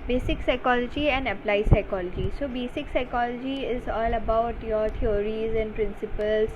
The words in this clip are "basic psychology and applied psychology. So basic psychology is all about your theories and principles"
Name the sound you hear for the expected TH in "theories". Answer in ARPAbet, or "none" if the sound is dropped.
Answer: T